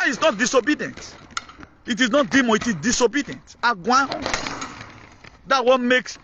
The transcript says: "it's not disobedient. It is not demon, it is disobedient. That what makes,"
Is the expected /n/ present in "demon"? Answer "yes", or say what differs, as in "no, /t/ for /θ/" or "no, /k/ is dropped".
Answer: no, /n/ is dropped